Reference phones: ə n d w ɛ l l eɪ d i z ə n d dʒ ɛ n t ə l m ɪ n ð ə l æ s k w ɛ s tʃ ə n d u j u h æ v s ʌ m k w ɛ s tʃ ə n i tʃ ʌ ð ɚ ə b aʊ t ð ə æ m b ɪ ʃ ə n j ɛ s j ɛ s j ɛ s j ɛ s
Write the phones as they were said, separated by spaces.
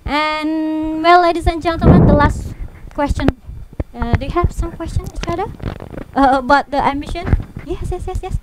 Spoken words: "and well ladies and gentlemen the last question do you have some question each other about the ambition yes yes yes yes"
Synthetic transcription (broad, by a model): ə n w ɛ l l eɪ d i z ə n dʒ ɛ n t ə m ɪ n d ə l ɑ s k w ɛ s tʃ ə n d u j u h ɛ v s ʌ m k w ɛ s tʃ ə n i tʃ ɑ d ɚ ə b aʊ t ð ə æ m ɪ ʃ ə n j ɛ s j ɛ s j ɛ s j ɛ s